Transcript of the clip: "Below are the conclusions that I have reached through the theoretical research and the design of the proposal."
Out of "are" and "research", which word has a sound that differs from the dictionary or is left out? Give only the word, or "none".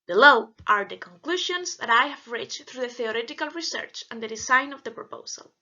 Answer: none